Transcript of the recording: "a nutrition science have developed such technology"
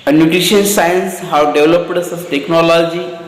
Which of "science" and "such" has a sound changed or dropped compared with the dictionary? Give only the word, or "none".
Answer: such